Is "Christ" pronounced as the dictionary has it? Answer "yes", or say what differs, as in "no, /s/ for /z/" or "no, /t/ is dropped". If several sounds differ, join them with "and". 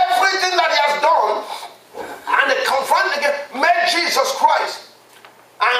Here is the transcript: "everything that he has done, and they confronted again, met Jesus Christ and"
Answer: yes